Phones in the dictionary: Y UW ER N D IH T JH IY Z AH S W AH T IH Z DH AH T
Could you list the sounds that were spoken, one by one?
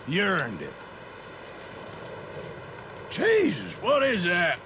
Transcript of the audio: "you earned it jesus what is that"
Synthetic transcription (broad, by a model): Y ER N D IH T CH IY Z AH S W AH T IH Z DH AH T